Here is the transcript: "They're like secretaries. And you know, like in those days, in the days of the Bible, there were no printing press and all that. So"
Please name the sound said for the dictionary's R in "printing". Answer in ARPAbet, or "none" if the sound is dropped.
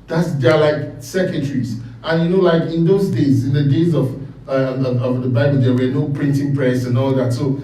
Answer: R